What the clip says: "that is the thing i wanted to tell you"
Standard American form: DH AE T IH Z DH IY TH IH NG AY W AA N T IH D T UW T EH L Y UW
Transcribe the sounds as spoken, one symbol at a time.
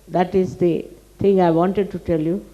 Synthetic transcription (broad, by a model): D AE T IH Z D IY T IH NG AY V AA N T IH D T UW T EH L Y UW